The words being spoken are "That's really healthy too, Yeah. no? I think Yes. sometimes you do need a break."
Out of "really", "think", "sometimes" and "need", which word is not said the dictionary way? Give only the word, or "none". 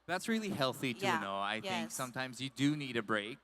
none